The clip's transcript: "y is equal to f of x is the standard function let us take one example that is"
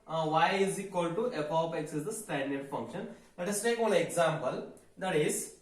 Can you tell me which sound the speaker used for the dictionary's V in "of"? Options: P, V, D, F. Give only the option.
P